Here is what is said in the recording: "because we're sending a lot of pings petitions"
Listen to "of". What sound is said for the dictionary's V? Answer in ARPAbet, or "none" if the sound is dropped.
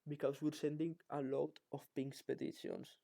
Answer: F